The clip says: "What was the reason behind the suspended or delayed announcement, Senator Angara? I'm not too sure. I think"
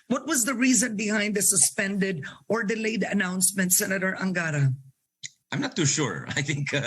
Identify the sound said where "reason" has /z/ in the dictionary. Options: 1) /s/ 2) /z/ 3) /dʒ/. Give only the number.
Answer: 2